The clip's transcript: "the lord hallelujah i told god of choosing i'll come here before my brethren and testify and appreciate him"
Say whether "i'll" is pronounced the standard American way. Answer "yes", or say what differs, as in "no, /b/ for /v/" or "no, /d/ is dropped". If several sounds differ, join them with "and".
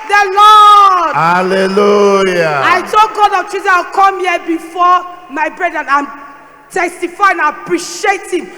no, /w/ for /l/